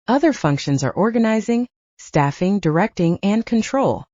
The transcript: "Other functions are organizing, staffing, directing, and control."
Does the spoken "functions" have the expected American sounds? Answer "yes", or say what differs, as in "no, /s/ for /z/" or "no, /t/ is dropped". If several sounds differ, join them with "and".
yes